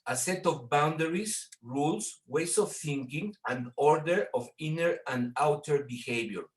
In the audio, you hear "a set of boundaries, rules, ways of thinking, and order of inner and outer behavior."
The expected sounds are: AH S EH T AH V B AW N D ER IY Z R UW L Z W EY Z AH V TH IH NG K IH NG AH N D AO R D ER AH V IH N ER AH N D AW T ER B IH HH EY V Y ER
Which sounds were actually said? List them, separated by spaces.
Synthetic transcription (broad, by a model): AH S EH T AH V B AW N D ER IY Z R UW L S W EY S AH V TH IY NG K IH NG AH N D AO R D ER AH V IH N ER AH N D AW T ER B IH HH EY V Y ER